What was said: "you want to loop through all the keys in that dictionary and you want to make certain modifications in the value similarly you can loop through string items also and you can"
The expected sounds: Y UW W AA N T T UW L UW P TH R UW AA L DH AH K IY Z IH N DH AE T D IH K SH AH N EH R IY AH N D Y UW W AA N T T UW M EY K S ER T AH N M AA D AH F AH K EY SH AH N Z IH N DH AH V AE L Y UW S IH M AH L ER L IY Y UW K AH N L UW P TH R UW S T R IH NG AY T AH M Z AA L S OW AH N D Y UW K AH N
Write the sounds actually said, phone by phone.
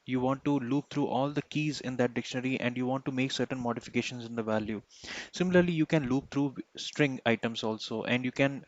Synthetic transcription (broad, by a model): Y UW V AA N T T UW L UW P T R UW AA L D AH K IY Z IH N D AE T D IH K SH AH N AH R IY AH N D Y UW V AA N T T UW M EY K S ER T AH N M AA D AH F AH K EY SH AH N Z IH N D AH V AE L Y UW S IH M AH L ER L IY Y UW K AH N L UW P T R UW S T R IH NG AY T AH M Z AA L S OW AH N D Y UW K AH N